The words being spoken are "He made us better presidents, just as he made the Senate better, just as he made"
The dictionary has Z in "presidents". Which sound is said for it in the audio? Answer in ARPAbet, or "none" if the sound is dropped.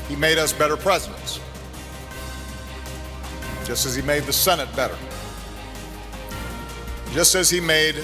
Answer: Z